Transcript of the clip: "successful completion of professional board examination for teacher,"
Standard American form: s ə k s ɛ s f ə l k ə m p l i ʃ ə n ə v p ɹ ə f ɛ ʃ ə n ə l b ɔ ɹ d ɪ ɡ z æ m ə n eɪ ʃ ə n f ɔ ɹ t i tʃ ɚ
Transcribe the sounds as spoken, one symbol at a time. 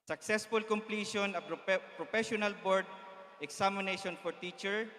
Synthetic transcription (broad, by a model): s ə k s ɛ s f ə l k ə m p l i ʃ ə n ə p p ɹ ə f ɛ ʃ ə n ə l b ɔ ɹ d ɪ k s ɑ m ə n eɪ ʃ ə n f ɔ ɹ t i tʃ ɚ